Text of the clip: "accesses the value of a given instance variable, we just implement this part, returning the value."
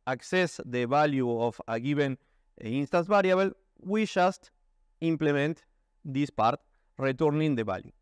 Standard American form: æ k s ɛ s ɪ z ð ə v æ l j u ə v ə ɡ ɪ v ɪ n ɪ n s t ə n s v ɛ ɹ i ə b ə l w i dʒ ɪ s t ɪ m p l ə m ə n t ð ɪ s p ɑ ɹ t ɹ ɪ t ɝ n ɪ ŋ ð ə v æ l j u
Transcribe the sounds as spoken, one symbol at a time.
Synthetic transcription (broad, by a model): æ k s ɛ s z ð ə b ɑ l j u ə f ə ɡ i b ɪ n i n s t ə n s b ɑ ɹ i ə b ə l w i ʃ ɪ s t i m p l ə m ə n t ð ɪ s p ɑ ɹ t ɹ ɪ t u n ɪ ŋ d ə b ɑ l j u